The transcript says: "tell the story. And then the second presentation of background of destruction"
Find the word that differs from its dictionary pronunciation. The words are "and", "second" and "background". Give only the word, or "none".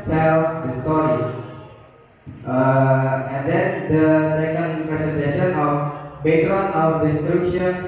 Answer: background